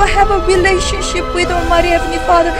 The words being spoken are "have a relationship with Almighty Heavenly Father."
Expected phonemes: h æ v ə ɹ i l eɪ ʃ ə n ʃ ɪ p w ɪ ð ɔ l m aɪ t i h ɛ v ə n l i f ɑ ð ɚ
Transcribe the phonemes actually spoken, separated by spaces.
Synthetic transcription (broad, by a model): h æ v ə ɹ i l eɪ ʃ ə n ʃ ɪ p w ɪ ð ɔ m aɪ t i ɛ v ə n i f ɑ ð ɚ